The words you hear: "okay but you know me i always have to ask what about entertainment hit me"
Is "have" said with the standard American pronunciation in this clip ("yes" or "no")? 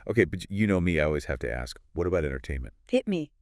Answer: no